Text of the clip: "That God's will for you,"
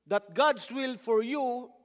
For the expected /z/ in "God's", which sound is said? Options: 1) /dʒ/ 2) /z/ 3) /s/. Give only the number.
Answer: 3